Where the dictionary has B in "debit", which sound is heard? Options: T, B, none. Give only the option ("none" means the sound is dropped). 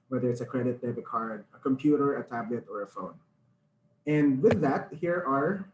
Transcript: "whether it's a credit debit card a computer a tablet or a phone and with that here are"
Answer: none